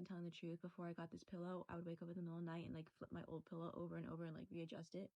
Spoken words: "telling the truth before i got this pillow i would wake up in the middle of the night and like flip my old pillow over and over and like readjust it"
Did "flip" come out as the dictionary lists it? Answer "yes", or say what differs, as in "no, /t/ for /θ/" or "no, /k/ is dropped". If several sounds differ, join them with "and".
yes